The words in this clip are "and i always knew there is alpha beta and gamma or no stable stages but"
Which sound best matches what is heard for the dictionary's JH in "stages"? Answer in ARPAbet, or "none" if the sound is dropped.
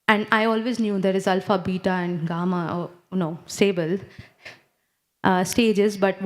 JH